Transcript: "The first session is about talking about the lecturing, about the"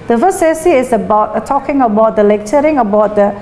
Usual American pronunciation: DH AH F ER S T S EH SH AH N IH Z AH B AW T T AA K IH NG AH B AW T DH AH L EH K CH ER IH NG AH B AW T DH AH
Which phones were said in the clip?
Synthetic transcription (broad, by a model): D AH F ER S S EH S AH IH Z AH B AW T T AA K IH NG AH B AW T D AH L EH K CH ER IH NG AH B AW T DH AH